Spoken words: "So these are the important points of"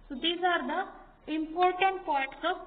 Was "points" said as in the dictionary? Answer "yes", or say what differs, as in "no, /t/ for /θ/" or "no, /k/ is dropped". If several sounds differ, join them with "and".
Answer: no, /n/ is dropped